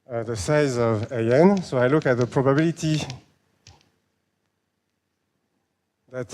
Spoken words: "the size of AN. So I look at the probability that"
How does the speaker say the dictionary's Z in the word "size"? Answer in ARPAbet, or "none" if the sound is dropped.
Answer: Z